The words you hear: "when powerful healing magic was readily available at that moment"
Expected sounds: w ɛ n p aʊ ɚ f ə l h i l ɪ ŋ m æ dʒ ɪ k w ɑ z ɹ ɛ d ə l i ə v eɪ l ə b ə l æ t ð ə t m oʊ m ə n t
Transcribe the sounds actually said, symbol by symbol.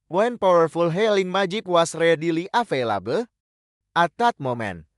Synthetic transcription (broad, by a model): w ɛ n p aʊ ɚ f ə l h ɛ l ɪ ŋ m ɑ dʒ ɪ k w ɑ s ɹ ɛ d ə l i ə f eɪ l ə b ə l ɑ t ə t m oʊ m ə n